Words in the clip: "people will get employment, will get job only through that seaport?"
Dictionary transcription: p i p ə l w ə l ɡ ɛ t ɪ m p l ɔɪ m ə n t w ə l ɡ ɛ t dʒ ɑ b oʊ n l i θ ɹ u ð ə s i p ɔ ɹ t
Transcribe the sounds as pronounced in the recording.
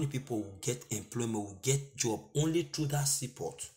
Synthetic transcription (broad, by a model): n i p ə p w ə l ɡ ɛ t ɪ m p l ɔɪ m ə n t w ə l ɡ ɛ t dʒ ɑ b oʊ n l i t ɹ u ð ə s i p ɔ t